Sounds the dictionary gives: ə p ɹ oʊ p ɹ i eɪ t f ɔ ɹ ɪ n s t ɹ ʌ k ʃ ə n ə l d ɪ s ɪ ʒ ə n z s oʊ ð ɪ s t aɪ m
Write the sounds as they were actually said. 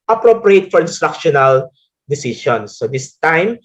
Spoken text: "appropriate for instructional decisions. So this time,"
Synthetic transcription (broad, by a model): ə p ɹ oʊ p ɹ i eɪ t f ɔ ɹ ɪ n s t ɹ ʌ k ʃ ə n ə l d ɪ s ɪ ʃ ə n s oʊ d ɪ s t aɪ m